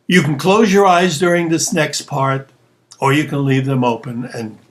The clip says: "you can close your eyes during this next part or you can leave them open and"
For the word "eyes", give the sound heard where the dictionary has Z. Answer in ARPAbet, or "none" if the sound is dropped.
Z